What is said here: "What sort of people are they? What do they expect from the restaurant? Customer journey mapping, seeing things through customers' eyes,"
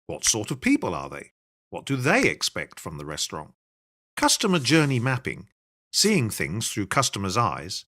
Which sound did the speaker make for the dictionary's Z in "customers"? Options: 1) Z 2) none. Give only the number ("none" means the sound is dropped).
1